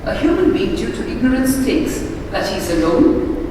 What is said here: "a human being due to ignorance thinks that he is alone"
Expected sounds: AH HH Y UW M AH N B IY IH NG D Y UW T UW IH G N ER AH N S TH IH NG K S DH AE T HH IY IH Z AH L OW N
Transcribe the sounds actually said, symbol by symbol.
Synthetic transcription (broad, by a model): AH HH Y UW M AH N B IY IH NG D Y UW T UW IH G N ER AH N S T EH K S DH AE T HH IY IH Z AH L OW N